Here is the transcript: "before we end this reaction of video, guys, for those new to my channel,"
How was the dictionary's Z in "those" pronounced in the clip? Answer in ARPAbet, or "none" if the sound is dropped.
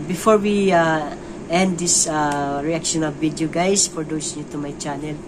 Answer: S